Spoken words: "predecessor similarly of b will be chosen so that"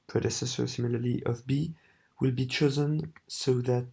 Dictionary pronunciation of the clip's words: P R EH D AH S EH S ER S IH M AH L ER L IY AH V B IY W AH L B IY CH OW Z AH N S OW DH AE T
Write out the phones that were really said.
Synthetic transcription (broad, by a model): P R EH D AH S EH S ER S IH M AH L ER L IY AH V B IY W AH L B IY CH OW Z AH N S OW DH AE T